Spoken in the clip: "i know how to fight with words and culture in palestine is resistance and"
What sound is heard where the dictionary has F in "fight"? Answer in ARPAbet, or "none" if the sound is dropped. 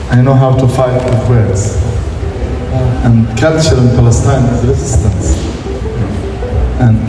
F